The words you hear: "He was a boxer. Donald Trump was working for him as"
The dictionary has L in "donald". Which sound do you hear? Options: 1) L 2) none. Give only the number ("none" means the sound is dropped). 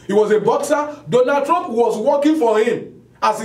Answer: 2